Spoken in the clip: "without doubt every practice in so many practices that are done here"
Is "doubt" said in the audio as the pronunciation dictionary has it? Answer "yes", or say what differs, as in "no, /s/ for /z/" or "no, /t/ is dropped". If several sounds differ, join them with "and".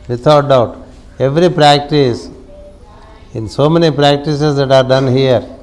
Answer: yes